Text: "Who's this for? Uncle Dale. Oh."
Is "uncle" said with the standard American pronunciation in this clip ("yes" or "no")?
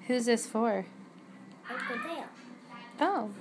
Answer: no